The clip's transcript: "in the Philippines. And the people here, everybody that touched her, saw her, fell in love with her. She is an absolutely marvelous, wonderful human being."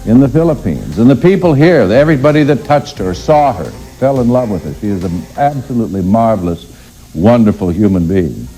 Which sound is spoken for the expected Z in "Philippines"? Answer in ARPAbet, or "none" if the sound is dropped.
Z